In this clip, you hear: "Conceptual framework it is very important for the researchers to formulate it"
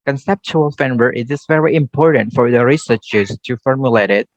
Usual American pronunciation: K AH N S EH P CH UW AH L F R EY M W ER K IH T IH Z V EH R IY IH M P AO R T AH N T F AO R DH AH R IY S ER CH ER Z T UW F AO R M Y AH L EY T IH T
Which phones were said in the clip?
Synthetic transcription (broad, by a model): K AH N S EH P CH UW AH L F EY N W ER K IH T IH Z V EH R IY IH M P AO R T AH N T F AO R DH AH R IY S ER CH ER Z T UW F AO R M Y AH L EY T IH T